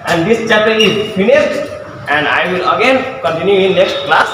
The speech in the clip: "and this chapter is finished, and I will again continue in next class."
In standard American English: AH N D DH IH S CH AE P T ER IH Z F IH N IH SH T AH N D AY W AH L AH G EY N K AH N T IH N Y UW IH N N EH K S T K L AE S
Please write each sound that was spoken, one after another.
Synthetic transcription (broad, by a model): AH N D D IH S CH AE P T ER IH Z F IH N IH S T AH N D AY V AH L AH G EY N K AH N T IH N Y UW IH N N EH K S T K L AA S